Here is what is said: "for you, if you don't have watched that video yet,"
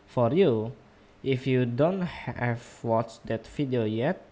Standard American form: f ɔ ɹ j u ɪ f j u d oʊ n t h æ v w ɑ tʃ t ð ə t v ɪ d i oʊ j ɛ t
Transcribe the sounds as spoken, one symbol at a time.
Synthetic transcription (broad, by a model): f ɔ ɹ j u ɪ f j u d oʊ n t h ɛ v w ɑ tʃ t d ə t f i d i oʊ j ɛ t